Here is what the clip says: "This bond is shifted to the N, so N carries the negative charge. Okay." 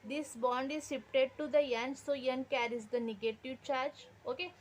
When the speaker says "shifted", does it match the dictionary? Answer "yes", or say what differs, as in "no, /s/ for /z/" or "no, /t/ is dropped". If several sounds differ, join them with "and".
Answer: no, /s/ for /ʃ/ and /p/ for /f/